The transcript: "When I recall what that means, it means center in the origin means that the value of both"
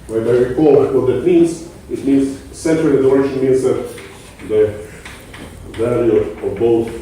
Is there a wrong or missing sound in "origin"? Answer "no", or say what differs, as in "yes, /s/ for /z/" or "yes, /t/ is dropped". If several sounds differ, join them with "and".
yes, /ʃ/ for /dʒ/